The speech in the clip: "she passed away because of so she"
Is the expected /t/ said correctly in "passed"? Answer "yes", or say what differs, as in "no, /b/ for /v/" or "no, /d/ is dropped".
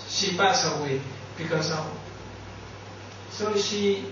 no, /t/ is dropped